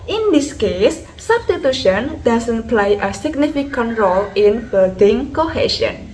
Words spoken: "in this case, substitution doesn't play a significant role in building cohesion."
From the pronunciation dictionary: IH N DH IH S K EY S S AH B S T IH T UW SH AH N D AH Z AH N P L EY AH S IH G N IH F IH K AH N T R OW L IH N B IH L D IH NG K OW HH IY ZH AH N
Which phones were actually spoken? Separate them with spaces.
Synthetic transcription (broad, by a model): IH N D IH S K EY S S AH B S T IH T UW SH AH N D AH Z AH N P L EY AH S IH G N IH F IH K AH N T R OW L IH N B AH D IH NG K OW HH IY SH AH N